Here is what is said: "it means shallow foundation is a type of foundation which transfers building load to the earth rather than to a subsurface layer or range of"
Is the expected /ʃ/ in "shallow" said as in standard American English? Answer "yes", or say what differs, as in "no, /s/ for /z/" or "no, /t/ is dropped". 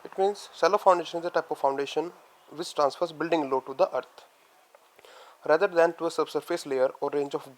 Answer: no, /s/ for /ʃ/